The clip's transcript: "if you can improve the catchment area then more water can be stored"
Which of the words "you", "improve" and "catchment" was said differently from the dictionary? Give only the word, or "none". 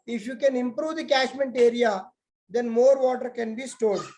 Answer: catchment